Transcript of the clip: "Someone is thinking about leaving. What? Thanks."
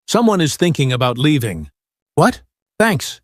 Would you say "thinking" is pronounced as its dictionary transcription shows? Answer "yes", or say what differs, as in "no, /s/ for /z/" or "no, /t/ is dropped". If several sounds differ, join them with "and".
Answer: yes